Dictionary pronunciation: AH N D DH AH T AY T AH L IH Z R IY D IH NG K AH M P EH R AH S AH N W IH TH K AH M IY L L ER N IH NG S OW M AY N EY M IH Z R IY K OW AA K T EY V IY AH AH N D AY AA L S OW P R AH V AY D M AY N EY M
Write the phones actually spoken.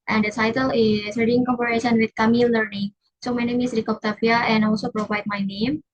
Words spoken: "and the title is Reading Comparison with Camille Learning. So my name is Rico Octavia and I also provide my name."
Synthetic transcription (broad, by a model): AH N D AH T AY T AH L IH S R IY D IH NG K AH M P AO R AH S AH N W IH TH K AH M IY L L ER N IH NG S OW M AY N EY M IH S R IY K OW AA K T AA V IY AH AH N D AA L S OW P R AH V AY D M AY N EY M